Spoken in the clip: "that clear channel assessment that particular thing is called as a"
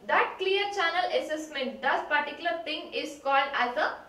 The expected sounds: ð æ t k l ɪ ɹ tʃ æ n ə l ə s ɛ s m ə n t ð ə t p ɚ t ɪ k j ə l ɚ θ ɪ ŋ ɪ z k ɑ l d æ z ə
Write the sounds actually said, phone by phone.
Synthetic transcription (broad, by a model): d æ t k l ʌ ɹ tʃ æ n ə l ə s ɛ s m ə n t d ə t p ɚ t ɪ k j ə l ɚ t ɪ ŋ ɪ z k ɑ l d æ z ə